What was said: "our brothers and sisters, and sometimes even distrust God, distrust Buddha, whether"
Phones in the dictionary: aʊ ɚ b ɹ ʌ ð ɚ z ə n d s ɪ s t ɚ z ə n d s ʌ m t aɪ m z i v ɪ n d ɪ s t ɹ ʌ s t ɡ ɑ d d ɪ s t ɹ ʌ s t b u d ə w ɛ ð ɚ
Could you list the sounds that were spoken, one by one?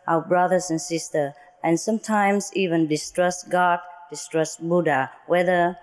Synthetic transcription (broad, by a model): aʊ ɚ b ɹ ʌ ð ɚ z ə n s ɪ s t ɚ ə n s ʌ m t aɪ m s i v ɪ n d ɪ s t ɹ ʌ s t ɡ ɑ d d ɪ s t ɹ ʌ s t b u d ə w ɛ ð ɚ